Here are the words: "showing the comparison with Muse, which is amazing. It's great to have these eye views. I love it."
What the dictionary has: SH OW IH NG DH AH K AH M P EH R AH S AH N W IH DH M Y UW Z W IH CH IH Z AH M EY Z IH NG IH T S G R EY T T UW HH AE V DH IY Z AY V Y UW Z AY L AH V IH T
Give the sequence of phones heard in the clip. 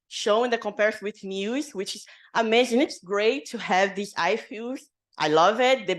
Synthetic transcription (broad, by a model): SH OW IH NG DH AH K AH M P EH R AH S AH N W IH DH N Y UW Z W IH CH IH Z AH M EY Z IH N IH T S G R EY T T UW HH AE V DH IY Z AY F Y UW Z AY L AH V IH T